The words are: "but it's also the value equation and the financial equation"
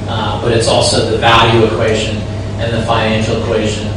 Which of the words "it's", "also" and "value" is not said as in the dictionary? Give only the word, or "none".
none